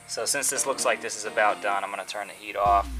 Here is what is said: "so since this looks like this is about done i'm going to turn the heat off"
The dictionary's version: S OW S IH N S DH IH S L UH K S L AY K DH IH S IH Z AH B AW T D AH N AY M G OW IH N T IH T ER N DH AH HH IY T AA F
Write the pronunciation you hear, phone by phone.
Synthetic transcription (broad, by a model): S OW S IH N S DH IH S L UH K S L AY K DH IH S IH Z AH B AW T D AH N AY M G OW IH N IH T ER N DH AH HH IY T AA F